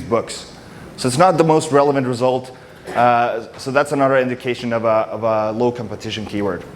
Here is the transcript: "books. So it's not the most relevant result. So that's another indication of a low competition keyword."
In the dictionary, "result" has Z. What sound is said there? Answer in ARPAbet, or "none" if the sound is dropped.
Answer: Z